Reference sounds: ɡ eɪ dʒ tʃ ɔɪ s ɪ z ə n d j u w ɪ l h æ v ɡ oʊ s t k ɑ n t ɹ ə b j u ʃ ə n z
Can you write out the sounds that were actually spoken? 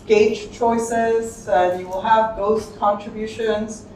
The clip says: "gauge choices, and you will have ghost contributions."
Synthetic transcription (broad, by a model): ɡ eɪ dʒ tʃ ɔɪ s ɪ z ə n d j u w ɪ l h æ v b oʊ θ k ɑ n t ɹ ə b j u ʃ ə n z